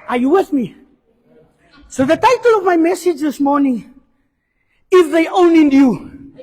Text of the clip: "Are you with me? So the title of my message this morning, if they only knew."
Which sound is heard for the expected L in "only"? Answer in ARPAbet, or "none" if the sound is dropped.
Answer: none